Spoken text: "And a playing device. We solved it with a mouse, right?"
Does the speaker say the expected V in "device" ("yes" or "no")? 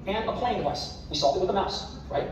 no